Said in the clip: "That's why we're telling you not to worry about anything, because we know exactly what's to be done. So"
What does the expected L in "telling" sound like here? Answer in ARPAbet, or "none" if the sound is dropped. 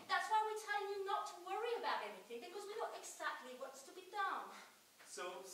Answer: none